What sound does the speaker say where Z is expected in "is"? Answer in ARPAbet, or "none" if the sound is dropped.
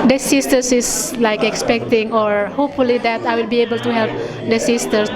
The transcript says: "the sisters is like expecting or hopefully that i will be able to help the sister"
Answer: S